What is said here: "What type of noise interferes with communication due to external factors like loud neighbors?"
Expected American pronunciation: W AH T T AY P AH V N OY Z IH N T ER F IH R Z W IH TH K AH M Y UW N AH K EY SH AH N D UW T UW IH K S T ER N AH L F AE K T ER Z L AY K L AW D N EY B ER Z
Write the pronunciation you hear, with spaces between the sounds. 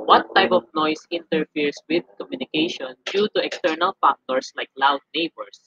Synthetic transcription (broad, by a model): W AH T T AY P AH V N OY S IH N T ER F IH R S W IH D K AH M Y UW N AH K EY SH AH N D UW T UW IH K S T ER N AH L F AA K T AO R L AY K L AW D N EY B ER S